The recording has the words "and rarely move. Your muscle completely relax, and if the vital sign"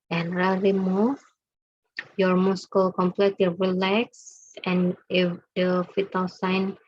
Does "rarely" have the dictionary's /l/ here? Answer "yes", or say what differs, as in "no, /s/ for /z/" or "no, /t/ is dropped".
no, /l/ is dropped